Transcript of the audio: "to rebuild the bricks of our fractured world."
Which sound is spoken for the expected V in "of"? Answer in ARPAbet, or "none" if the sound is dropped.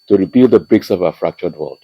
V